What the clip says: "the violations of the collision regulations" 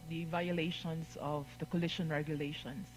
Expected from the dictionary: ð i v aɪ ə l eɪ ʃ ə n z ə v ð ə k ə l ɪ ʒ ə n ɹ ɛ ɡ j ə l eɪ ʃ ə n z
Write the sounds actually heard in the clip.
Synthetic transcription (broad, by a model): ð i v aɪ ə l eɪ ʃ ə n s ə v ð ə k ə l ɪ ʃ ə n ɹ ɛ ɡ j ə l eɪ ʃ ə n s